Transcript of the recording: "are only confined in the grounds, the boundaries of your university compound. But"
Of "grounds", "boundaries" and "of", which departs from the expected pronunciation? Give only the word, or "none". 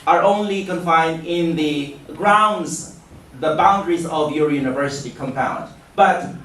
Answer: none